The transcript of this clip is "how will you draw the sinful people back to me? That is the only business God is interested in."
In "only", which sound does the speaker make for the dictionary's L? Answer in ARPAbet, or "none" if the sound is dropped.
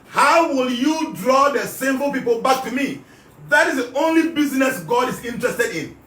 L